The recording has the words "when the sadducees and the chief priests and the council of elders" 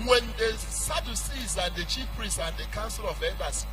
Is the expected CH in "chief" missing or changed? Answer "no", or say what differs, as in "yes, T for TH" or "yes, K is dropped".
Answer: no